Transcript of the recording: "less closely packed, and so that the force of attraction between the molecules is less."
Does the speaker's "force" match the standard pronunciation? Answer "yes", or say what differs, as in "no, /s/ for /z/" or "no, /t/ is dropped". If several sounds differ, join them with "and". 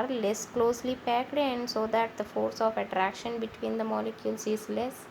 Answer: yes